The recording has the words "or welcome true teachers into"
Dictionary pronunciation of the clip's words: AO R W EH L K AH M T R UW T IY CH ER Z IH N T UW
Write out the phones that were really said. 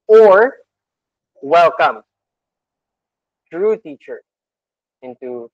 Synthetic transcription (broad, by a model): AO R W EH L K AH M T R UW T IY CH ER IH N T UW